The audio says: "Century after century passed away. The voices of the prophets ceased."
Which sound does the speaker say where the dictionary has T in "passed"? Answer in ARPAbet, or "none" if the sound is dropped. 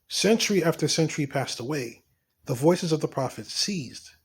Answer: T